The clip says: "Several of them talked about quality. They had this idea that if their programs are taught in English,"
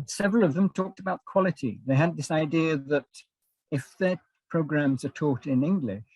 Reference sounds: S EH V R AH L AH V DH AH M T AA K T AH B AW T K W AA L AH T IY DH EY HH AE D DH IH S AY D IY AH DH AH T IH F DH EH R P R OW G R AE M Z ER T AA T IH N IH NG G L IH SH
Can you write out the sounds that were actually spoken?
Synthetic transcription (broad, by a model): S EH V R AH L AH V DH AH M T AA K T AH B AW T K W AA L AH T IY DH EY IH D DH IH S AY D IY AH DH AH T IH F DH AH R P R OW G R AE M Z ER T AA T IH N IH NG G L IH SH